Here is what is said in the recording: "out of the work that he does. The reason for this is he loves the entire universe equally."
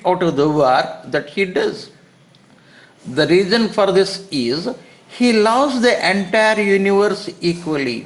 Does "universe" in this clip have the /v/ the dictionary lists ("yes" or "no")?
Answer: yes